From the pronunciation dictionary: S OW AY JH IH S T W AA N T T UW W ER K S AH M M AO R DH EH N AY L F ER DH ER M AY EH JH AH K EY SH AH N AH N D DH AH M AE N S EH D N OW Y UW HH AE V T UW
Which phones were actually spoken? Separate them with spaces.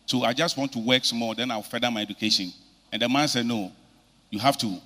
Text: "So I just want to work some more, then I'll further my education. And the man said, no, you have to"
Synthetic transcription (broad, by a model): S OW AY JH IH S T W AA N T T UW W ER K S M M AO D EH N AY W F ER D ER M AY EH JH AH K EY SH AH N AH N D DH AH M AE N S EH D N OW Y UW HH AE F T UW